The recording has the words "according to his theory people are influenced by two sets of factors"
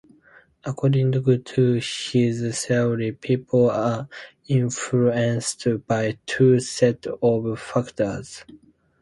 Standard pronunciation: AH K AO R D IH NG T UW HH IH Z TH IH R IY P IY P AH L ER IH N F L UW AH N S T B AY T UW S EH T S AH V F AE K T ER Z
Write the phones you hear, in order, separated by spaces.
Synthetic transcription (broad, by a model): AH K AO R D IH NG T UW HH IH Z S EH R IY P IY P AH L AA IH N F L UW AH N S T B AY T UW S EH T AH V F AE K T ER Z